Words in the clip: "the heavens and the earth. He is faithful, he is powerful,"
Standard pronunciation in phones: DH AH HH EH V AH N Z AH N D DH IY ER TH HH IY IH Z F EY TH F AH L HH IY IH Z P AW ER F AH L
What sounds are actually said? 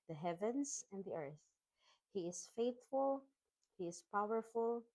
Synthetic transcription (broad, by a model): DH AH HH EH V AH N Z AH N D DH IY ER TH HH IY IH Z F EY TH F AH L HH IY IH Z P AW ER F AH L